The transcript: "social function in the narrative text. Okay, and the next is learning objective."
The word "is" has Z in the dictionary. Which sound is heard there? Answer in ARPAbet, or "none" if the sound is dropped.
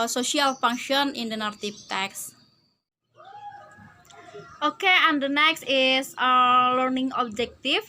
S